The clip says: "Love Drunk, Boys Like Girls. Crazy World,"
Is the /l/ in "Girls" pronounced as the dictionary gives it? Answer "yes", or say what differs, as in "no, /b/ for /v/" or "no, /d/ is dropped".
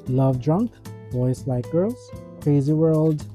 no, /l/ is dropped